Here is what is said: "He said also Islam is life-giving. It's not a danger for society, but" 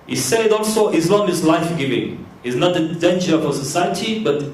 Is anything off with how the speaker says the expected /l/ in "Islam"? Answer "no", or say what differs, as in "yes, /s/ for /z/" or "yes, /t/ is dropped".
yes, /n/ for /l/